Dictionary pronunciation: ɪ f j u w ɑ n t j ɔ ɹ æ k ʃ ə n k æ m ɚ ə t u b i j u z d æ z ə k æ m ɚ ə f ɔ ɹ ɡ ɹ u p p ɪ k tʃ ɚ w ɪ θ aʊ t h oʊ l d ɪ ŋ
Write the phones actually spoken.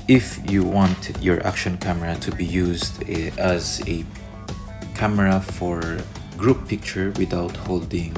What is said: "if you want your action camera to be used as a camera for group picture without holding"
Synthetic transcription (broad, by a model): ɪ f j u w ɑ n t j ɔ ɹ æ k ʃ ə n k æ m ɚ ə t u b i j u z d æ z ə k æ m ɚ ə f ɔ ɹ ɡ ɹ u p p ɪ k tʃ ɚ w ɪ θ aʊ t h oʊ l d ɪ ŋ